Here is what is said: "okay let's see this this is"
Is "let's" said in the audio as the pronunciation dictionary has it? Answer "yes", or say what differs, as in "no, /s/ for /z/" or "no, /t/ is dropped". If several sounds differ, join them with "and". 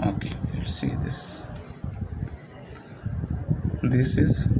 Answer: no, /w/ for /l/